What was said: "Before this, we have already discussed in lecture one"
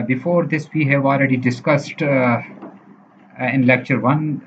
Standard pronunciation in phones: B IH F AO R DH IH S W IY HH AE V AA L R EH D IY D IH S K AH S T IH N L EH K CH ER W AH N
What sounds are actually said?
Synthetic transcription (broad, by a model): B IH F AO R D IH S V IY HH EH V AA L R EH D IY D IH S K AH S T IH N L EH K CH ER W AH N